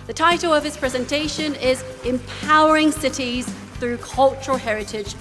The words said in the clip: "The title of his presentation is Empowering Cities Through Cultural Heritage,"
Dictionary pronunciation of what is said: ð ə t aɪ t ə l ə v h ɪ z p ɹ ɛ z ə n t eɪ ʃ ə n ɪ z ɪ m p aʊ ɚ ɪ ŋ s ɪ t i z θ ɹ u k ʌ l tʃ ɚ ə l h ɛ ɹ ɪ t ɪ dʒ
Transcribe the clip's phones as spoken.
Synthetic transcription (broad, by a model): ð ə t aɪ t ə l ə v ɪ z p ɹ ɛ z ə n t eɪ ʃ ə n ɪ z ɪ m p aʊ ɚ ɪ ŋ s ɪ t i z θ ɹ u k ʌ l tʃ ɚ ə h ɛ ɹ ɪ t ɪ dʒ